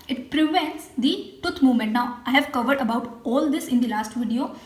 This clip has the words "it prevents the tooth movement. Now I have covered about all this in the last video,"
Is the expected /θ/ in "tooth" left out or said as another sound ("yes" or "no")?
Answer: yes